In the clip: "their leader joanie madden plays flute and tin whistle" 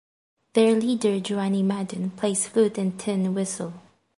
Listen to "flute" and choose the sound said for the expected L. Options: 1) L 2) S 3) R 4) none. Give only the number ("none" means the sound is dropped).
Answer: 4